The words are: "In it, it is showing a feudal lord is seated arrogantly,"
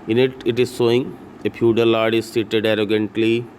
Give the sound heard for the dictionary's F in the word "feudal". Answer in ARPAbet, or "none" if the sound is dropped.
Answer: P